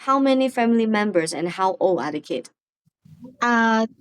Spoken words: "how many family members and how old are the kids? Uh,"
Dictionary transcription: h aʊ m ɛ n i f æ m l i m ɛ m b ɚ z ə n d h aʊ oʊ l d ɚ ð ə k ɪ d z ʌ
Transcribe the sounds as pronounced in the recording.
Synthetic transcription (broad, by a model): h aʊ m ɛ n i f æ m l i m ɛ m b ɚ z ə n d h aʊ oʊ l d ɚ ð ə k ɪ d ʌ